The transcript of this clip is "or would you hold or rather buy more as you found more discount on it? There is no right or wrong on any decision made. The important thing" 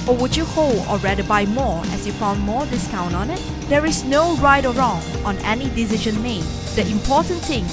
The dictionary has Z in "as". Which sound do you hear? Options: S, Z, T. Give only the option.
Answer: S